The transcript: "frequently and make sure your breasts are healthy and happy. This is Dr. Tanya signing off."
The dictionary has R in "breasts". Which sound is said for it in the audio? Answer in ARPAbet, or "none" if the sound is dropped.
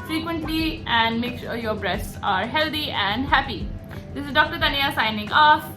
R